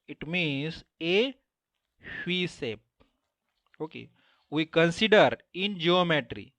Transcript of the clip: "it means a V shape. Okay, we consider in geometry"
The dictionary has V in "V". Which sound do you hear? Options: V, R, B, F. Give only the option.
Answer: F